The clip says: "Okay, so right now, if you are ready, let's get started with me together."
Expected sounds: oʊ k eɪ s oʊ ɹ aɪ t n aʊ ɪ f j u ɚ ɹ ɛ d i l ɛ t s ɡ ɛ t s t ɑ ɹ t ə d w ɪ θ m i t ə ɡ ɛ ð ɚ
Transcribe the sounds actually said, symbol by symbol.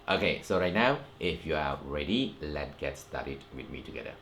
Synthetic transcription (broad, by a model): oʊ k eɪ s oʊ ɹ aɪ t n aʊ ɪ f j u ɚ ɹ ɛ d i l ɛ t ɡ ɛ t s t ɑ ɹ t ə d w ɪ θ m i t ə ɡ ɛ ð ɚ